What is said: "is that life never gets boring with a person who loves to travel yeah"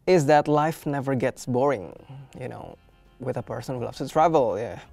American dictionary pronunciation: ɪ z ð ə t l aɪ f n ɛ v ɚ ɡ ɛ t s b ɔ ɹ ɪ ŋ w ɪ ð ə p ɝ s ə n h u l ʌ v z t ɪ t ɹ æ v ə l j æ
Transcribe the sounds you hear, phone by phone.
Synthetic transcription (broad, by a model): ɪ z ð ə t l aɪ f n ɛ v ɚ ɡ ɛ t s b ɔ ɹ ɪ ŋ w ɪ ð ə p ɝ s ə n h u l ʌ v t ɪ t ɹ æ v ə l j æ